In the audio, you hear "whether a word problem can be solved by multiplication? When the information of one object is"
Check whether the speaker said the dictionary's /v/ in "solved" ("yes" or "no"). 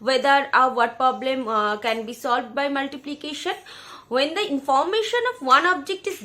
yes